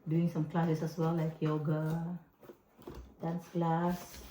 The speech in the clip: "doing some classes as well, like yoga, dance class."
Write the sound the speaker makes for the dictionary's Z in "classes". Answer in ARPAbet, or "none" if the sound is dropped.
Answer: S